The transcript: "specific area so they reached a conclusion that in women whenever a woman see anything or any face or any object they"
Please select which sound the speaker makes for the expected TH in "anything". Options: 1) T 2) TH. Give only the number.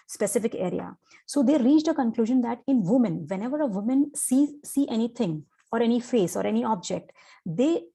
1